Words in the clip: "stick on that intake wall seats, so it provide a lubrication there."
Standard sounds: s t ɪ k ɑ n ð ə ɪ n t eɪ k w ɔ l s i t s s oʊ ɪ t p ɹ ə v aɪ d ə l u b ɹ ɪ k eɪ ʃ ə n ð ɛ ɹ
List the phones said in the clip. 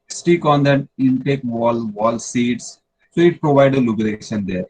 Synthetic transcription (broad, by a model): s t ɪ k ɑ n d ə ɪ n t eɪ k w ɔ l s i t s s oʊ ɪ t p ɹ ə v aɪ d ə l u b ɪ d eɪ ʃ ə n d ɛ ɹ